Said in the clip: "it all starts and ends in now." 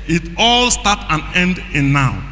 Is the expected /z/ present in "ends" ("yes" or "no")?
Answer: no